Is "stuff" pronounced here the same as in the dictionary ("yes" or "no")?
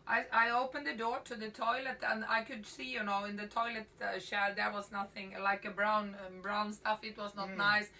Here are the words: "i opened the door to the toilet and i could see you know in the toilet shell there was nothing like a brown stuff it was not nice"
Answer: yes